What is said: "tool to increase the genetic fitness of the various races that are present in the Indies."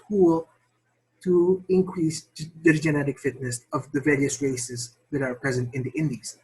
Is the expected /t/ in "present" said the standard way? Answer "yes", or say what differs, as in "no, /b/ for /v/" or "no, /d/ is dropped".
yes